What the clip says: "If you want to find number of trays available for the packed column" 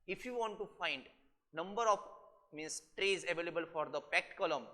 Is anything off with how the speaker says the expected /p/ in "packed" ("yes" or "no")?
no